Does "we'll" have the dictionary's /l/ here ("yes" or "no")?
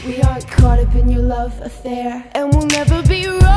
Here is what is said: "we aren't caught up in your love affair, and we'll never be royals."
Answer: yes